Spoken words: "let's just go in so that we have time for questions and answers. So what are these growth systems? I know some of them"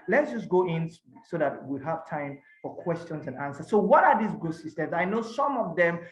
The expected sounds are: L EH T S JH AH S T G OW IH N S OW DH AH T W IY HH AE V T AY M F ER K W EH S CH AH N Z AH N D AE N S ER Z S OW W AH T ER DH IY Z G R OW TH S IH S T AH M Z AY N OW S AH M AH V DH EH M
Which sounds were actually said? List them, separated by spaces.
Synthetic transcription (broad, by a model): L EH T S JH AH S G OW IH N S OW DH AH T W IY HH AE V T AY M F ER K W EH S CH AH N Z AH N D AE N S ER S OW W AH T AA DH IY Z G OW S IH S T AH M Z AY N OW S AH M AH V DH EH M